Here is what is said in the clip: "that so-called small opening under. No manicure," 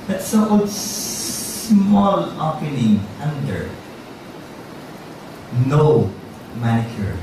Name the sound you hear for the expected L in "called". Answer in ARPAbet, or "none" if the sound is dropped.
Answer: none